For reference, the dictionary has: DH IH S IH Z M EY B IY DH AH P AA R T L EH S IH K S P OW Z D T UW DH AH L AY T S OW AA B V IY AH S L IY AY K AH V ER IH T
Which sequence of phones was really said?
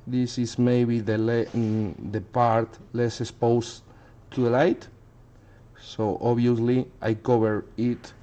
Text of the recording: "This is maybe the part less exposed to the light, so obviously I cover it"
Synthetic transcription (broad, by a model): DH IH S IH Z M EY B IY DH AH P AA R T L EH S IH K S P OW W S T UW DH AH L AY T S OW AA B IY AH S L IY AY K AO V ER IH T